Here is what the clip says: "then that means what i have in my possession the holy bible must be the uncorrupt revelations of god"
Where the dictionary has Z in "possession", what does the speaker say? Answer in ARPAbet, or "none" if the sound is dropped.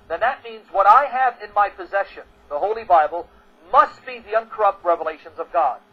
Z